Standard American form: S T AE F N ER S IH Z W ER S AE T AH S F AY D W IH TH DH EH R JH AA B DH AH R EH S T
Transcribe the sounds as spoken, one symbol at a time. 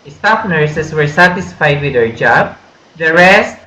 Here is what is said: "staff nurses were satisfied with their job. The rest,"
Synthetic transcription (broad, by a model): S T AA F N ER S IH S W ER S AE T AH S F AY D W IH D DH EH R JH AA B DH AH R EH S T